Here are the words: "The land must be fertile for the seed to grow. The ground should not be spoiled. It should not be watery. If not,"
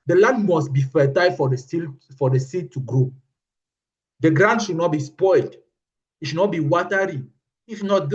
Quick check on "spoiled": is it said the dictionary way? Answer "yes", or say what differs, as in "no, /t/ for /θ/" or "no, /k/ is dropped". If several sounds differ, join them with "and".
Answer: yes